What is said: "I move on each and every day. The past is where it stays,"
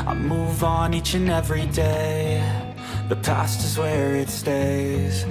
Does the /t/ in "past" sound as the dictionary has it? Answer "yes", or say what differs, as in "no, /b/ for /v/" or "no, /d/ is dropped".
yes